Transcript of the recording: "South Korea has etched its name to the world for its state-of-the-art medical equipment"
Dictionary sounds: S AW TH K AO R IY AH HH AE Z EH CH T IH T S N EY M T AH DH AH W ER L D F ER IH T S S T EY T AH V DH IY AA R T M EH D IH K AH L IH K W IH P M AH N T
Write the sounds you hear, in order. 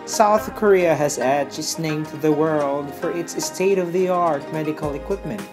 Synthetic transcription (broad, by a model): S AW TH K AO R IY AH HH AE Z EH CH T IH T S N EY M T DH AH W ER L D F ER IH T S S T EY T AH V DH IY AA R T M EH D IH K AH L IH K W IH P M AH N T